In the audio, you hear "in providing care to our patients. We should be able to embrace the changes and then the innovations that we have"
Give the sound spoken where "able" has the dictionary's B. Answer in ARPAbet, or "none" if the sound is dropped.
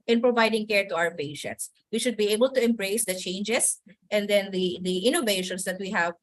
B